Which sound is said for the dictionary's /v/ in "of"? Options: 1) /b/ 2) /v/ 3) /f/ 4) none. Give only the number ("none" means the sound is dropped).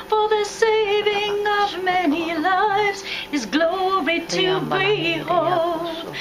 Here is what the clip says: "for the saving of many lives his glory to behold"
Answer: 2